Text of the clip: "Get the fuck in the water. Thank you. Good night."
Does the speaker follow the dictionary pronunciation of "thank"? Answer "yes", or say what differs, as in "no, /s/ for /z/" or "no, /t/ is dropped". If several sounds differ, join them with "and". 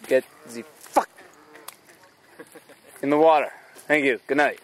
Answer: yes